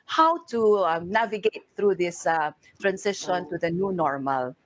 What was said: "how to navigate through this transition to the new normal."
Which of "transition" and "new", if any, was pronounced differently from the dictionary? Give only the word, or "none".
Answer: transition